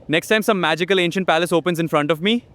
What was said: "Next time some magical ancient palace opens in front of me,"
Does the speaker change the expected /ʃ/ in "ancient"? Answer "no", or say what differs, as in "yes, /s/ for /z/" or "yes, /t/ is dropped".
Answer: no